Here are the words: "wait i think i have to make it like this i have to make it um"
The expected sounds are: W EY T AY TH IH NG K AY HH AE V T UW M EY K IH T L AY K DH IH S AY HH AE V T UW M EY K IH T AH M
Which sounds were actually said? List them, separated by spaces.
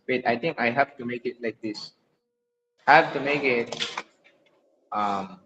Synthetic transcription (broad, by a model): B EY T AY T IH NG K AY HH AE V T UW M EY K IH T L AY K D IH S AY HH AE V T UW M EY K IH T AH M